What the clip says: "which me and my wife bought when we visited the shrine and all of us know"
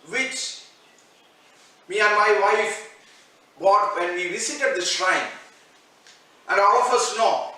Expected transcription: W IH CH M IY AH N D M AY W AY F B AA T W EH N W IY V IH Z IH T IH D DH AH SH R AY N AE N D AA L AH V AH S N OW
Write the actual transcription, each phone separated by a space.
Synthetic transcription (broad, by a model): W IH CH M IY AH N D M AY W AY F B AA T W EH N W IY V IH S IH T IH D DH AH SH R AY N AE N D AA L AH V AH S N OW